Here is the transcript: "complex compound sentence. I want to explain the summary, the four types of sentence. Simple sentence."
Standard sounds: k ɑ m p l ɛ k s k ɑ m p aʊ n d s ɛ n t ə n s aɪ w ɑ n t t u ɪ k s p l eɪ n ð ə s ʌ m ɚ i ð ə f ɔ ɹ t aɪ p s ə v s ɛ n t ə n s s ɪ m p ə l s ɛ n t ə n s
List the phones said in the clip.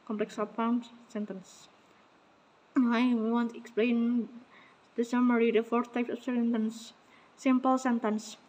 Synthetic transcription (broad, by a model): k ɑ m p l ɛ k s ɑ p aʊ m s ɛ n t ə n s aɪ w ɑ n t t u ɪ k s p l eɪ n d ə s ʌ m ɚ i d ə f ɔ ɹ t aɪ p s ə f s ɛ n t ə n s s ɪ m p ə l s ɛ n t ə n s